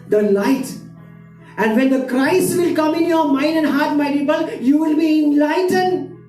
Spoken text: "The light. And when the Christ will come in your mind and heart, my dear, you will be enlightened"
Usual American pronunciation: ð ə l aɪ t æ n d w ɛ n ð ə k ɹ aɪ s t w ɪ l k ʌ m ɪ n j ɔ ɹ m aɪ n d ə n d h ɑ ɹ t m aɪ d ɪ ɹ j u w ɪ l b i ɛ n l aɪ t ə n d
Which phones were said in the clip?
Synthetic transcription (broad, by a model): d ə l aɪ t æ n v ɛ n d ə k ɹ aɪ s t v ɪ l k ʌ m ɪ n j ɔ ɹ m aɪ n d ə n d h ɑ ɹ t m aɪ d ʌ l j u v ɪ l b i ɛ n l aɪ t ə n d